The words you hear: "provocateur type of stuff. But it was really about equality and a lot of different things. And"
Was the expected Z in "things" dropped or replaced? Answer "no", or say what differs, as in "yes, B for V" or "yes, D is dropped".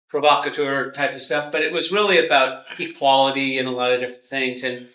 no